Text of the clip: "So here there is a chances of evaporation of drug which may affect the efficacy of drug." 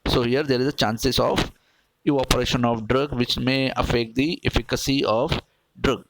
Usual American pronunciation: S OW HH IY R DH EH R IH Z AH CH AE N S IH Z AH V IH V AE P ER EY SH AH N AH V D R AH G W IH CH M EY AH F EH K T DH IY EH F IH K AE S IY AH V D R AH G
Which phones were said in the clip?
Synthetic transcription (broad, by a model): S OW HH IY R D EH R IH Z AH CH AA N S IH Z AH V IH AO P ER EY SH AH N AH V D R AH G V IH CH M EY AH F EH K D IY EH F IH K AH S IY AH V D R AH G